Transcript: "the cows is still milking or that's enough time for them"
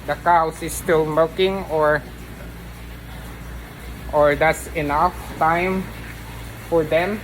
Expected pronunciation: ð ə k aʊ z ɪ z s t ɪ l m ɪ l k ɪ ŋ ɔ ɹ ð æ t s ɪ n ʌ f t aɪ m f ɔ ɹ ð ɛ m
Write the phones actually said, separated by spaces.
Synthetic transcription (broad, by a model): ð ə k aʊ s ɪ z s t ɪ l m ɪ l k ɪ ŋ ɔ ɹ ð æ t s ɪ n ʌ f t aɪ m f ɔ ɹ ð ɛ m